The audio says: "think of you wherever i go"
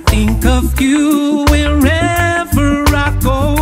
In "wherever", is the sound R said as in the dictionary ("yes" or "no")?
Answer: yes